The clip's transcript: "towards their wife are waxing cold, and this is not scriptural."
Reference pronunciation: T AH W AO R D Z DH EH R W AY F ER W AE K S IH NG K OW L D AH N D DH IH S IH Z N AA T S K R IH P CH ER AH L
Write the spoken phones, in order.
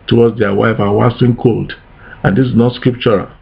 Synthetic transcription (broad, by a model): T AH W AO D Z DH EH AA W AY F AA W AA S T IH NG K OW L D AH N D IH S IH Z N AA T S K R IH P CH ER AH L